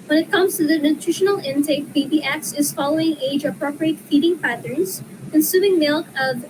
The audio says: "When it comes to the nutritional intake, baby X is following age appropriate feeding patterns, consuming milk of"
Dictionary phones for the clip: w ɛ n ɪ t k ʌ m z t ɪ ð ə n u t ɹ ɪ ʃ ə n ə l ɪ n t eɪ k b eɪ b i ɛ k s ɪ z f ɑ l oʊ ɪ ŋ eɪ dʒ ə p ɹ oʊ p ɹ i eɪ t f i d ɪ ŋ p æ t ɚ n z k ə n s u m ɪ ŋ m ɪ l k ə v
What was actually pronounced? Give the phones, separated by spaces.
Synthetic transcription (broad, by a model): w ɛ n ɪ t k ʌ m z t ɪ ð ə n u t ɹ ɪ ʃ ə n l ɪ n t eɪ k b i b i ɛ k s ɪ z f ɑ l oʊ ɪ ŋ eɪ dʒ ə p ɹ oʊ p ɹ i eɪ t f i d ɪ ŋ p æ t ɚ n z k ə n s u m ɪ ŋ m ɪ l k ə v